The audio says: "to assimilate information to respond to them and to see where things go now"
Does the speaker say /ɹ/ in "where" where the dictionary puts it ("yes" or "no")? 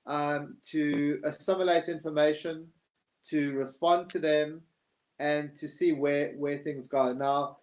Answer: no